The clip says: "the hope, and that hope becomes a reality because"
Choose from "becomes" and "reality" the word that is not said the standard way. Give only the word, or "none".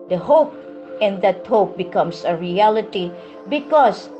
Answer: becomes